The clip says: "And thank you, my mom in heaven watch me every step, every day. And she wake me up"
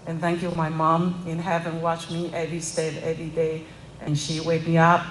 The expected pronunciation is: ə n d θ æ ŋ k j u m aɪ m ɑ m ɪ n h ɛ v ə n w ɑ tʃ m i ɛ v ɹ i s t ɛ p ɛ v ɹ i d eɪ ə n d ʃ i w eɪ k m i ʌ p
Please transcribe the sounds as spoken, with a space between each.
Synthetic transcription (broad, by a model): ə n θ æ ŋ k j u m aɪ m ɑ m ɪ n h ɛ v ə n w ɑ tʃ m i ɛ v ɹ i s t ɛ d ɛ v ɹ i d eɪ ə n ʃ i w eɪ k m i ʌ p